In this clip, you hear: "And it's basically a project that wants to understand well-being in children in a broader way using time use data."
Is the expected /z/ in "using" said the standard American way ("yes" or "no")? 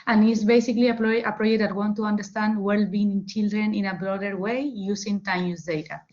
no